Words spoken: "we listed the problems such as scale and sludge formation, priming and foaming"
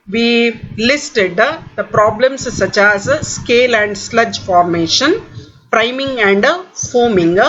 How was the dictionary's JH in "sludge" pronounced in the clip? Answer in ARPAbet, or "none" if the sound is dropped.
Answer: JH